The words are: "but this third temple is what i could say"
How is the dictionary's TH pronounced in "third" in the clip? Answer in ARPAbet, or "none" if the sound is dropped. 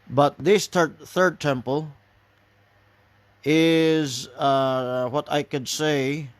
TH